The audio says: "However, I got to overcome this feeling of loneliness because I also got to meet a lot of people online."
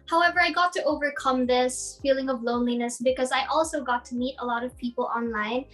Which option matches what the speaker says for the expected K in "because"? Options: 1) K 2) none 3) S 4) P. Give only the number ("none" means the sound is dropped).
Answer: 1